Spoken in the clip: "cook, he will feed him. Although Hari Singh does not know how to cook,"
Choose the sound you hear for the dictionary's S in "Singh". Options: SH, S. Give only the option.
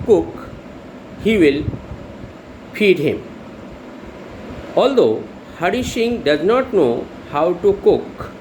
SH